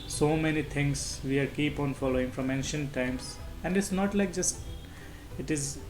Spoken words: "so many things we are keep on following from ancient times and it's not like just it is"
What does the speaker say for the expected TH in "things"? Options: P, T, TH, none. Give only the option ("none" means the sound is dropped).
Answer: T